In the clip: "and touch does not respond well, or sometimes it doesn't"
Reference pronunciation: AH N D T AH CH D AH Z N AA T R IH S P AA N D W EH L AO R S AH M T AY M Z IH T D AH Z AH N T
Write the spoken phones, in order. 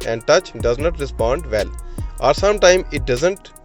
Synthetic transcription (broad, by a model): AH N D T AH CH D AH Z N AA T R IH S P AA N D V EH L AO R S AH M T AY M IH T D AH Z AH N T